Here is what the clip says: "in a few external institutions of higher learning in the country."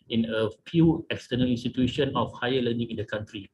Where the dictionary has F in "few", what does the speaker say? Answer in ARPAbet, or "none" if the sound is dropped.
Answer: P